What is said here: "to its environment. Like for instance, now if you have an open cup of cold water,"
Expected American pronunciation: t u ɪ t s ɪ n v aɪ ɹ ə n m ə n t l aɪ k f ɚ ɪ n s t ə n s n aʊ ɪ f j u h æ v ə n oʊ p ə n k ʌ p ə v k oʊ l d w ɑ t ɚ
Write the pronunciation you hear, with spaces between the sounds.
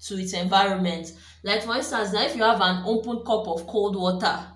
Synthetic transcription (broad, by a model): t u ɪ t s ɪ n v aɪ ɹ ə n m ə n t l aɪ k f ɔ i n s t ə n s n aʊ ɪ f j u h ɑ v ə n oʊ p ə n k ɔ p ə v k oʊ l d w ɑ t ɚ